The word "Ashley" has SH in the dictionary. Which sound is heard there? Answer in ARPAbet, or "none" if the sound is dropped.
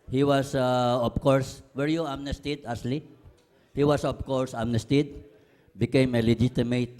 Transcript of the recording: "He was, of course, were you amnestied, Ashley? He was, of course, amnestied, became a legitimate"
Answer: S